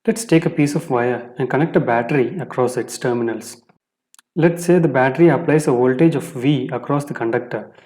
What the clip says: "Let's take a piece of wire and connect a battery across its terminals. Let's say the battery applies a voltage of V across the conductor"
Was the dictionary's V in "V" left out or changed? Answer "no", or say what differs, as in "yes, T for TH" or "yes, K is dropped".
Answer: no